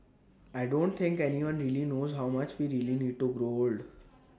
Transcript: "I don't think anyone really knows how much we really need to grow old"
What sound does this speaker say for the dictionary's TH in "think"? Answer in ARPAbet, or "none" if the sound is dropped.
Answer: T